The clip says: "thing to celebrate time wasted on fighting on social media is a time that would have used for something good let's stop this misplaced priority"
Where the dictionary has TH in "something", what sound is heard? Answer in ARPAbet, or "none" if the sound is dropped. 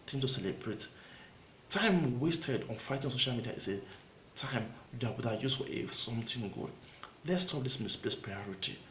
T